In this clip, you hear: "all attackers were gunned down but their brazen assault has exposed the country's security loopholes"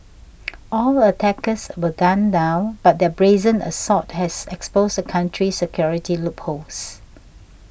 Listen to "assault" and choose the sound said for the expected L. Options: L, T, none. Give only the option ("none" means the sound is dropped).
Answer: none